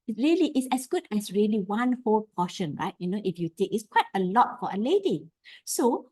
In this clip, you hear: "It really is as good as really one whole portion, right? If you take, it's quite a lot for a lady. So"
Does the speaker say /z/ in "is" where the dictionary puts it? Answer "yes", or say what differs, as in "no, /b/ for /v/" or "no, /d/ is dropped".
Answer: no, /s/ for /z/